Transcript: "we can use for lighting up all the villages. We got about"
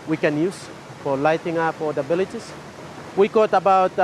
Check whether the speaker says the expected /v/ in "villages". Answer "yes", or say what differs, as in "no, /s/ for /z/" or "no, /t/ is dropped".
no, /b/ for /v/